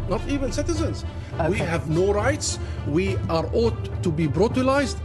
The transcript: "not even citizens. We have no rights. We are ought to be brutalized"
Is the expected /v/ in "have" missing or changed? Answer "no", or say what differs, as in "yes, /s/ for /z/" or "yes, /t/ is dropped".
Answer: no